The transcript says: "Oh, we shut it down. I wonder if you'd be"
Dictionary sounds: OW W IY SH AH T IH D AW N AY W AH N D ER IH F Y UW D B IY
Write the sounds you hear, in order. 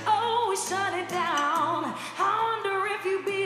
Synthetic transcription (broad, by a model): OW W IY S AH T IH D AW N AY W AH N D ER IH F Y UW B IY